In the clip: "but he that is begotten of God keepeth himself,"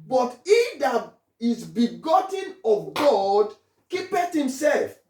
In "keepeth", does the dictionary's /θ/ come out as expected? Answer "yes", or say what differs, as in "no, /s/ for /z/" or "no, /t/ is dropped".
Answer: no, /t/ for /θ/